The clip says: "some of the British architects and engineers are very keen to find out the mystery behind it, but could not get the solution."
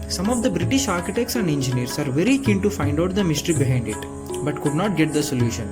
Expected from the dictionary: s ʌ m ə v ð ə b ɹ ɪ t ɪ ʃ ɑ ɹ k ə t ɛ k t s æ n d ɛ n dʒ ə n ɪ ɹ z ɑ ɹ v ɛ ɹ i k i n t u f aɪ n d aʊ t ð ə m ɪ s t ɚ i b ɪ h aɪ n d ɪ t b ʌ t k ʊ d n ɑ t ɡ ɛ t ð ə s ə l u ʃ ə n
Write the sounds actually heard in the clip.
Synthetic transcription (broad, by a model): s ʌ m ə v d ə b ɹ ɪ t ɪ ʃ ɑ ɹ k ə t ɛ k t s æ n d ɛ n dʒ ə n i ɹ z ɑ ɹ v ɛ ɹ i k i n t u f aɪ n d aʊ t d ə m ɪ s t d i b ɪ h aɪ n d ɪ t b ʌ t k ʊ d n ɑ t ɡ ɛ t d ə s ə l u ʃ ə n